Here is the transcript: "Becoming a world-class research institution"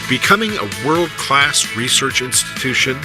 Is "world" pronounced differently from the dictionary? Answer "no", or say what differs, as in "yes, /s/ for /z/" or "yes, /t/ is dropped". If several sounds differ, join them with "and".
no